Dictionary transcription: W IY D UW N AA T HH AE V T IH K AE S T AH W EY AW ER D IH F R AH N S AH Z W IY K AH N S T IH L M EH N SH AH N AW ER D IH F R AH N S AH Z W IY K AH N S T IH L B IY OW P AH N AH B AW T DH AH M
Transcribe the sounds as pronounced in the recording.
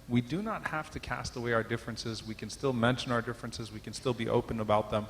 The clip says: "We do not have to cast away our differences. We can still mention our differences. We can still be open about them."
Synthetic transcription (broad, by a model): W IY D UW N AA T HH AE F T IH K AE S T AH W EY AW ER D IH F R AH N S AH Z W IY K AH N S T IH L M EH N SH AH N AW ER D IH F R AH N S AH Z W IY K AH N S T IH L B IY OW P AH N AH B AW T DH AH M